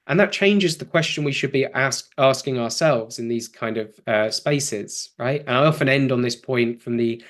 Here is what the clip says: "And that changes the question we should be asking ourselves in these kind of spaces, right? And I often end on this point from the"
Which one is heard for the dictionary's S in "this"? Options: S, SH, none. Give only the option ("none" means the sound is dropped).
S